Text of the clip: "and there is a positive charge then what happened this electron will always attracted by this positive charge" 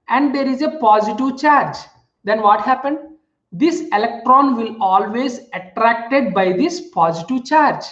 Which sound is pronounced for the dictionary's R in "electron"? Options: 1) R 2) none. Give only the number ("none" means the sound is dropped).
1